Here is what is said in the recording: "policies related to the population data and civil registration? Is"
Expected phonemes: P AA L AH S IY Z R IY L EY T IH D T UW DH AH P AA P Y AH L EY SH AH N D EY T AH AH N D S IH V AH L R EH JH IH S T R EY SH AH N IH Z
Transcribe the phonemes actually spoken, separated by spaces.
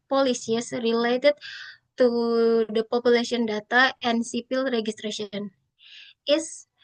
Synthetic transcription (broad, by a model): P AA L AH S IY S R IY L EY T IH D T UW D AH P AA P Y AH L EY S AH N D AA T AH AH N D S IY P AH L R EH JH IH S T R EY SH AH N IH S